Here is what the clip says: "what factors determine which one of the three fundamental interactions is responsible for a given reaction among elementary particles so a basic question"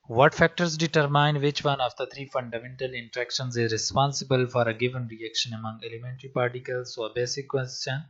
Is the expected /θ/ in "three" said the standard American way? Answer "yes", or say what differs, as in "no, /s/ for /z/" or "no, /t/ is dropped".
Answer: no, /t/ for /θ/